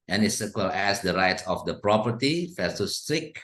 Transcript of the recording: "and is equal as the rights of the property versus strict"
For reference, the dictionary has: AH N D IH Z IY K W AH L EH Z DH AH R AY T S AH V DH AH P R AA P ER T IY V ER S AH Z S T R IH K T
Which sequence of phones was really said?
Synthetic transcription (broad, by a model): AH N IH S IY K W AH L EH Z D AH R AY T S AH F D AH P R AA P ER T IY F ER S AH S T R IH K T